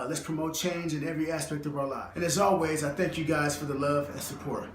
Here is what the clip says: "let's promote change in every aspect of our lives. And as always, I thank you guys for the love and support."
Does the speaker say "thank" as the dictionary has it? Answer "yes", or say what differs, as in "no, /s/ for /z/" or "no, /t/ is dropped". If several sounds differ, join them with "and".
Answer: yes